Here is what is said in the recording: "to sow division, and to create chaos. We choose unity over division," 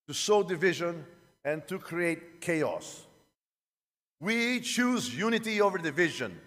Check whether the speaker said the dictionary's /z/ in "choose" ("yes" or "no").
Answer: yes